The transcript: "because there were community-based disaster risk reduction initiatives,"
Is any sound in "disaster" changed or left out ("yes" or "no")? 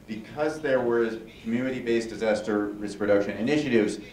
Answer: no